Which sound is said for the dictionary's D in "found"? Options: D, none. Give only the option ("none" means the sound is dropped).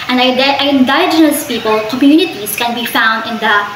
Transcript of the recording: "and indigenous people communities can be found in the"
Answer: D